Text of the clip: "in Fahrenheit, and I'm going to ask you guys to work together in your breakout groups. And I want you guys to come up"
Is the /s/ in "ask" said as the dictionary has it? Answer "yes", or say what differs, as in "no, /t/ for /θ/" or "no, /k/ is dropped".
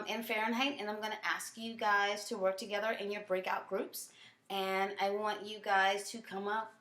yes